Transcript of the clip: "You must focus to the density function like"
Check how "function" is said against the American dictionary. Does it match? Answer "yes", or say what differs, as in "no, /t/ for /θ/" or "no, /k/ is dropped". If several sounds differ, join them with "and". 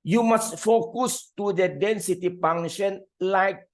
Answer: no, /k/ is dropped